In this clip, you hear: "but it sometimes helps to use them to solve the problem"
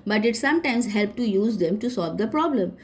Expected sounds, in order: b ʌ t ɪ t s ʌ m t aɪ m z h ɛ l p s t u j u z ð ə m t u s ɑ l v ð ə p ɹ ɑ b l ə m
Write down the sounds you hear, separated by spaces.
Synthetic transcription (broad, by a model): b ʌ t ɪ t s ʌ m t aɪ m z h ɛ l p t u j u z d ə m t u s ɑ l v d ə p ɹ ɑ b l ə m